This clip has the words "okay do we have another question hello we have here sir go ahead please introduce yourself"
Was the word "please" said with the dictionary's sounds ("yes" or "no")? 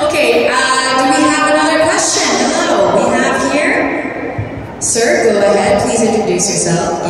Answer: yes